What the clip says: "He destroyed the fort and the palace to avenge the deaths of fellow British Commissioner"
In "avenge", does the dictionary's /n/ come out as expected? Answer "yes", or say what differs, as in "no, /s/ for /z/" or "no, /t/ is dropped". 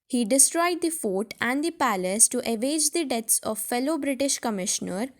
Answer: no, /n/ is dropped